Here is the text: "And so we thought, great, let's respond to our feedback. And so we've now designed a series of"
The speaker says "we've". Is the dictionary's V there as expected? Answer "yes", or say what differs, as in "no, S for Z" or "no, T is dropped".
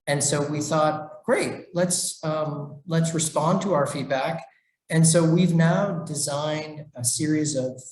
yes